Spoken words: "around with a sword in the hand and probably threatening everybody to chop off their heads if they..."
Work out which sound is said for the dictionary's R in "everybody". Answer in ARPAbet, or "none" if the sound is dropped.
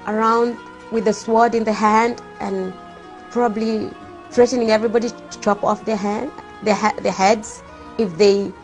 R